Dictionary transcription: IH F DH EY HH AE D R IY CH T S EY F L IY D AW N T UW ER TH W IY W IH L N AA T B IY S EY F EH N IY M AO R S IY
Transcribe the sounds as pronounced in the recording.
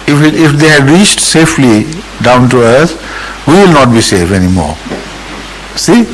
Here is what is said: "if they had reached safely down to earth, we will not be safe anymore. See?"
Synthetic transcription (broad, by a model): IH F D EY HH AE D R IY CH T S EY F L IY D AW N T UW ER S W IY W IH L N AA T B IY S EY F EH N IY M AO R S IY